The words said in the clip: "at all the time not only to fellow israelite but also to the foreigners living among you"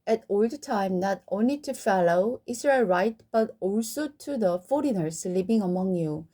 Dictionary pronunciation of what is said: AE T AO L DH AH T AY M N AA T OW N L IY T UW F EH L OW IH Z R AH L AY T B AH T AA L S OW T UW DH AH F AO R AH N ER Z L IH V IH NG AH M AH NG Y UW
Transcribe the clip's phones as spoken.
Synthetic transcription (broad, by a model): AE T AO L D T AY M N AA T OW N L IY T UW F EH L OW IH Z R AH L AY T B AH T AA L S OW T UW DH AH F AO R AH N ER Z L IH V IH NG AH M AH NG Y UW